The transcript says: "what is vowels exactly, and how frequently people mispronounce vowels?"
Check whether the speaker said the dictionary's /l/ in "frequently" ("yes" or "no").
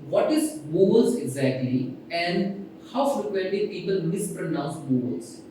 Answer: no